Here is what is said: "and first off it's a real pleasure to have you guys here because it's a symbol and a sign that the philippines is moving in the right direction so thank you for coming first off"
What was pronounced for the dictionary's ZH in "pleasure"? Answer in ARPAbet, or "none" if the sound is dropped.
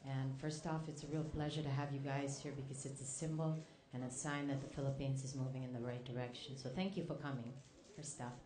ZH